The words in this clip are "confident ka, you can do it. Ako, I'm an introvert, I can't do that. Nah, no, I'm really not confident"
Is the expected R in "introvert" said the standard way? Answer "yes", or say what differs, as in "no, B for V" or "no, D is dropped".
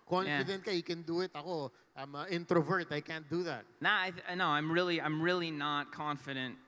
yes